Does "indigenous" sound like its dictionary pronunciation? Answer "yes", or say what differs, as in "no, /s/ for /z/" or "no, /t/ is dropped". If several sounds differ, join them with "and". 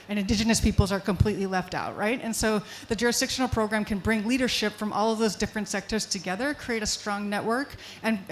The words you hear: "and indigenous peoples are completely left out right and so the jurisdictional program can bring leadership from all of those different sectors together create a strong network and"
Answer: yes